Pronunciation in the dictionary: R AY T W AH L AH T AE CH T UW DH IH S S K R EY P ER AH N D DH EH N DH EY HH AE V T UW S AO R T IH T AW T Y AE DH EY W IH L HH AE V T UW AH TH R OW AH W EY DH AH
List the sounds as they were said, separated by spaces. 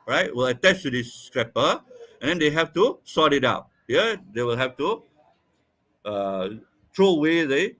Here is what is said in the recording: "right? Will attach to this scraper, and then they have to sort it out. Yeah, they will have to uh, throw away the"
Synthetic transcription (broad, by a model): R AY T W AH L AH T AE CH T UW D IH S S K R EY P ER AH N D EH N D EY HH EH F T UW S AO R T IH T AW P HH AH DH EY W IH L HH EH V T UW AH T R OW AH W EY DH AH